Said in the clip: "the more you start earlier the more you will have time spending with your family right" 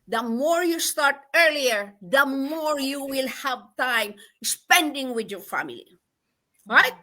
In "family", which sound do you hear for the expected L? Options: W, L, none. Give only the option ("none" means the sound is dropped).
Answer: L